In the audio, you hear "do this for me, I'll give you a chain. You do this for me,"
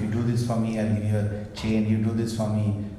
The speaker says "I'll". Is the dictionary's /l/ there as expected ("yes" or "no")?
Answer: no